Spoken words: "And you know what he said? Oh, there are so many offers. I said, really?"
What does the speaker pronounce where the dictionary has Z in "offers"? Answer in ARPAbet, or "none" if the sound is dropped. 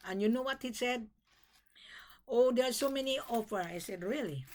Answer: none